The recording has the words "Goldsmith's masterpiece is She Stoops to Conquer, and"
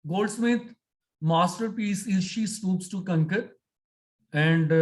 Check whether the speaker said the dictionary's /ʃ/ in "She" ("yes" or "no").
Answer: yes